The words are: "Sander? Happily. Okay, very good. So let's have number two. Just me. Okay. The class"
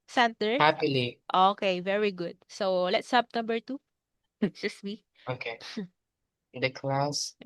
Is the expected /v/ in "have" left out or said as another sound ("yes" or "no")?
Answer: yes